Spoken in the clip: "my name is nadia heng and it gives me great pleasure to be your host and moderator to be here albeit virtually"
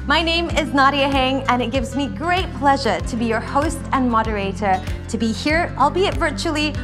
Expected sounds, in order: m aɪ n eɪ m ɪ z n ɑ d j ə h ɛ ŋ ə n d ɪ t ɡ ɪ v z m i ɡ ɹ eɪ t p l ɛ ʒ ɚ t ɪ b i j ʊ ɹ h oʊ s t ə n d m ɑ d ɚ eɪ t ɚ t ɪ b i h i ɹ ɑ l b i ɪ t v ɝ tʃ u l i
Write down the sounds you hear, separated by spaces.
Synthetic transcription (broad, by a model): m aɪ n eɪ m ɪ z n ɑ d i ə h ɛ ŋ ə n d ɪ t ɡ ɪ v z m i ɡ ɹ eɪ t p l ɛ ʒ ɚ t ɪ b i j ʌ ɹ h oʊ s t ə n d m ɑ d ɚ eɪ t ɚ t ɪ b i h i ɹ ɑ l b i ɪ t v ɝ tʃ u l i